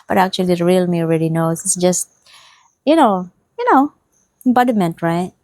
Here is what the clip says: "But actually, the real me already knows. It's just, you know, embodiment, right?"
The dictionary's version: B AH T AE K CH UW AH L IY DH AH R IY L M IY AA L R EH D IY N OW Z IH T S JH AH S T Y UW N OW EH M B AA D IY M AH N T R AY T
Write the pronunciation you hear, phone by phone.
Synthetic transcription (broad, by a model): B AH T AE K CH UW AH L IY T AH R IY L M IY AA L R EH D IY N OW S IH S JH AH S T Y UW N OW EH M B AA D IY M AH N T R AY T